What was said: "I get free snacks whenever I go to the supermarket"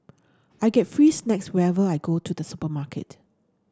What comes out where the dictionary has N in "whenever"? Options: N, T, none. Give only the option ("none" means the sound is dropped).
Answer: none